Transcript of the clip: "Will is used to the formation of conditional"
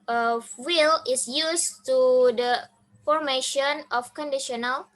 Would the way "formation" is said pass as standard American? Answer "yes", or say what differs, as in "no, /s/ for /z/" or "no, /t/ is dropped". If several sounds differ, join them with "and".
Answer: yes